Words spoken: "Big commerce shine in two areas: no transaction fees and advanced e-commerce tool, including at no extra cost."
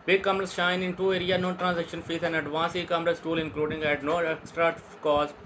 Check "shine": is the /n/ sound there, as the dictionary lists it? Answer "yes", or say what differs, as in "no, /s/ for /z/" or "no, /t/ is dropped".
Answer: yes